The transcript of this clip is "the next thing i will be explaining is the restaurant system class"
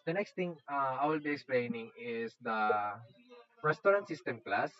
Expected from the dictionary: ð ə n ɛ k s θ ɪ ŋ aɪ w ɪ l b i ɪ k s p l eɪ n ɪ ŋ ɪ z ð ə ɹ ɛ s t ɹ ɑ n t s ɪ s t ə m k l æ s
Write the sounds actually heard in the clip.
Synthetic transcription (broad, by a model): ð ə n ɛ k s t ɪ ŋ aɪ w ɪ l b i ɪ k s p l eɪ n ɪ ŋ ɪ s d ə ɹ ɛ s t ɹ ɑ n t s ɪ s t ə m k l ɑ s